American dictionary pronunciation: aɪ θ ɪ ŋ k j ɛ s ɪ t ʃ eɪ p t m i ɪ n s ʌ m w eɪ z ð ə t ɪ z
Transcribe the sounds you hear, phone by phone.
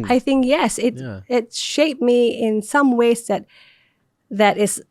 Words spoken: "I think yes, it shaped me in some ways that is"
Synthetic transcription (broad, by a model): aɪ θ ɪ ŋ k j ɛ s ɪ t ʃ eɪ p m i ɪ n s ʌ m w eɪ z ð ə t ɪ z